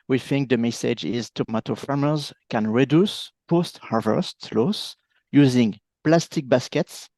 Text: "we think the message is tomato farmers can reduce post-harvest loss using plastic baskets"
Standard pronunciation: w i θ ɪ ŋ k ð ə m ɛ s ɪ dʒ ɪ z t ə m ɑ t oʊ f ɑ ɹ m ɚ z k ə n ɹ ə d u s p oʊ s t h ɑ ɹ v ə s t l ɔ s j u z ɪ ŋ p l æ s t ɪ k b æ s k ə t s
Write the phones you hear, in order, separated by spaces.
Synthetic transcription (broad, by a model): w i θ ɪ ŋ k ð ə m ɛ s ɪ dʒ ɪ z t ə m ɑ t oʊ f ɑ ɹ m ɚ z k ə n ɹ ə d u s p oʊ s t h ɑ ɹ v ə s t l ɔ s j u z ɪ ŋ p l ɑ s t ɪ k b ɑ s k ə t s